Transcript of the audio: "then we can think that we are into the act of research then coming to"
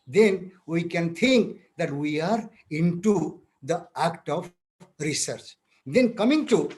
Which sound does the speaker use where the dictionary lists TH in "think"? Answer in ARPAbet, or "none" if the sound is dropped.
T